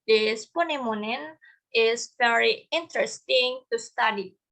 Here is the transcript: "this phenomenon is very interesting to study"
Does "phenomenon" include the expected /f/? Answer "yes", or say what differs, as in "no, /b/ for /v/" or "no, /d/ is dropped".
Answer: no, /p/ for /f/